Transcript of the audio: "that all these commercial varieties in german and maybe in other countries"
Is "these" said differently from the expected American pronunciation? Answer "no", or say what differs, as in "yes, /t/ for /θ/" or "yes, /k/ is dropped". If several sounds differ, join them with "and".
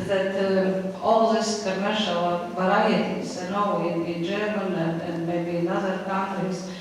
yes, /s/ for /z/